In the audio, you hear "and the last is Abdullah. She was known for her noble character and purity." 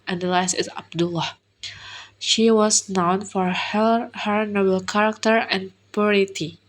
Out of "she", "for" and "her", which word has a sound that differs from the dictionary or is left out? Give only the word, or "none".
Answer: none